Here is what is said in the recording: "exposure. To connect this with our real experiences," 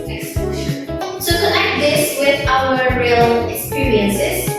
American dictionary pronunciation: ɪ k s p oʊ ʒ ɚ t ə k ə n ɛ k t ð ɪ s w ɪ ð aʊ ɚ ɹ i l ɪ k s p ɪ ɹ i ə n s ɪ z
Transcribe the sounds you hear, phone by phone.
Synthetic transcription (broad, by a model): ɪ k s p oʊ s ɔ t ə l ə ɪ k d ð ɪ s w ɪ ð aʊ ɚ ɹ i l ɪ k s p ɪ ɹ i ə n s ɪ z